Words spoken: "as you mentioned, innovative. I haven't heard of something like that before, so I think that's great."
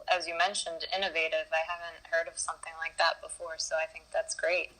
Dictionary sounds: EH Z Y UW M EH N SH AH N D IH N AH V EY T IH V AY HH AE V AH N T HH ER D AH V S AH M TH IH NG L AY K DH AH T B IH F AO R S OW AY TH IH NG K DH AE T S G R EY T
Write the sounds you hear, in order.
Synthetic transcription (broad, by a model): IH Z Y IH M EH N SH AH N D IH N AH V EY T IH V AY HH AE V AH N T HH ER D AH V S AH M TH IH NG L AY K DH AH T B IH F AO R S OW AY TH IH NG K DH AE T S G R EY T